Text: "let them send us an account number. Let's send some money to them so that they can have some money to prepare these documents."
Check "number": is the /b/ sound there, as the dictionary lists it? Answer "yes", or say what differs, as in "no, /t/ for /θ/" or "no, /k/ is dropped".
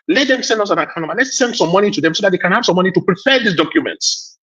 no, /b/ is dropped